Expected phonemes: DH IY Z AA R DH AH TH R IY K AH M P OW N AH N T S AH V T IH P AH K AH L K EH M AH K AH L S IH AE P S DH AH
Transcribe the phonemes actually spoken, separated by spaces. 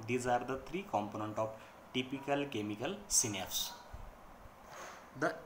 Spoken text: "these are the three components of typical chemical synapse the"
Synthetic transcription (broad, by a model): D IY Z AA R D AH T R IY K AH M P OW N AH N T AH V T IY P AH K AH L K EH M AH K AH L S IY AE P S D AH